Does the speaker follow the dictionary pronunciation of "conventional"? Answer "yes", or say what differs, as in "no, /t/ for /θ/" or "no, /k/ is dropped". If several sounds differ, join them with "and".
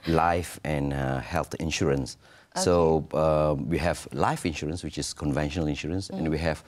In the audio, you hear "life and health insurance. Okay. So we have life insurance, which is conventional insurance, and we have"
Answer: yes